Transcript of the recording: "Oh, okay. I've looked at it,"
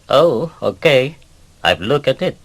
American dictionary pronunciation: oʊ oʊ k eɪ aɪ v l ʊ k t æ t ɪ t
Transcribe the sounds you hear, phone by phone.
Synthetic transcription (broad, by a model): oʊ oʊ k eɪ aɪ v l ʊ k æ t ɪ t